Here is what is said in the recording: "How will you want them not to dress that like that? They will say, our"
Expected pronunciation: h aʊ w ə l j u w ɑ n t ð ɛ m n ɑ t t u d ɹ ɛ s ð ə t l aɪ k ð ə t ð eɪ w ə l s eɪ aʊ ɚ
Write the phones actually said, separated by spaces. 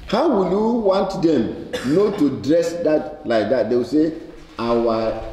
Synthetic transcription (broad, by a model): h aʊ w ə l j u w ɑ n t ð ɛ m n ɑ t t u d ɹ ɛ s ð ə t l aɪ k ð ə t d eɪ w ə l s eɪ aʊ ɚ